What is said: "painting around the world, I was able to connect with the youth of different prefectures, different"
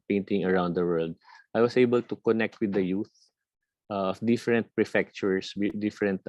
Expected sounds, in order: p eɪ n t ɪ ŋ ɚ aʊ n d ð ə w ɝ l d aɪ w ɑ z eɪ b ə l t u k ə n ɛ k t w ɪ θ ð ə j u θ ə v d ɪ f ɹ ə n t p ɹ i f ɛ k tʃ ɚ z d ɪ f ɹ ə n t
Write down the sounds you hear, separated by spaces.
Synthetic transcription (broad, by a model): p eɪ n t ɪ ŋ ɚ aʊ n d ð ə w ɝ l d aɪ w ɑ s eɪ b ə l t u k ə n ɛ k t w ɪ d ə j u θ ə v d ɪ f ɹ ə n t p ɹ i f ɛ k tʃ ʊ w d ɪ f ɹ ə n t